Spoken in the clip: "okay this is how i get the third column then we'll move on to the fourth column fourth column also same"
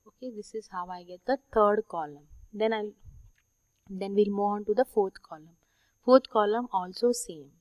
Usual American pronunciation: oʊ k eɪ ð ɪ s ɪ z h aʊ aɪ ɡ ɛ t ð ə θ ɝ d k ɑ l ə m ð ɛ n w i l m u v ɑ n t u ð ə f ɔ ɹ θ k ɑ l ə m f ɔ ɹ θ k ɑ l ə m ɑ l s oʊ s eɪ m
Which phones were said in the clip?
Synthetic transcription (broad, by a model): oʊ k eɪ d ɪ s ɪ z h aʊ aɪ ɡ ɛ t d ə t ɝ d k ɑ l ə m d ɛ n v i l m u ɑ n t u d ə f ɔ ɹ t k ɑ l ə m f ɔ ɹ t k ɑ l ə m ɑ l s oʊ s eɪ m